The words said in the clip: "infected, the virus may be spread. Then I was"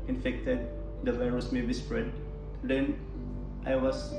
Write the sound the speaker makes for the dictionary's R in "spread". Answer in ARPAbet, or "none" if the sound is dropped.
R